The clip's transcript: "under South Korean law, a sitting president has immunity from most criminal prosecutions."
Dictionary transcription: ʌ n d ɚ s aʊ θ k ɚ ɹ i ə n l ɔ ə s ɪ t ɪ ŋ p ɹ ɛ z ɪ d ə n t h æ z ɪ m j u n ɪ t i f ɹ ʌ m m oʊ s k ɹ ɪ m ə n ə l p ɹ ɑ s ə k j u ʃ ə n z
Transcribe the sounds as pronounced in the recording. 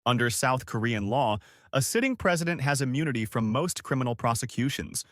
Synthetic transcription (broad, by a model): ʌ n d ɚ s aʊ θ k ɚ ɹ i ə n l ɔ ə s ɪ t ɪ ŋ p ɹ ɛ z ɪ d ə n t h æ z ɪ m j u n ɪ t i f ɹ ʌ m m oʊ s k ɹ ɪ m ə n l p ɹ ɑ s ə k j u ʃ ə n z